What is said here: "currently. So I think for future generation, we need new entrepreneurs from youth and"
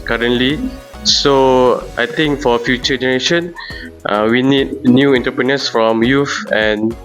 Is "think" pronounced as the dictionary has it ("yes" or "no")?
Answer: no